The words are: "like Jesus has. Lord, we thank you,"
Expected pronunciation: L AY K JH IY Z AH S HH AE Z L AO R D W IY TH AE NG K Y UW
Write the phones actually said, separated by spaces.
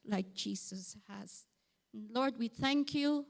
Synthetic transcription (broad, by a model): L AY K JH IY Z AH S HH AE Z L AO R D W IY TH AE NG K Y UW